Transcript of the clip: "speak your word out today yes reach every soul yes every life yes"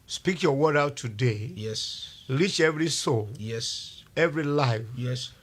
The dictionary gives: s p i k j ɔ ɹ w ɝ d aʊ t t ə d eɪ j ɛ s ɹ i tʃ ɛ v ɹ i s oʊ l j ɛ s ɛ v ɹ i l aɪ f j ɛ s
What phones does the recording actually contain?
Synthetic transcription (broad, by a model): s p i k j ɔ w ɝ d aʊ t t ə d eɪ j ɛ s l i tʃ ɛ v ɹ i s oʊ l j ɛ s ɛ v ɹ i l aɪ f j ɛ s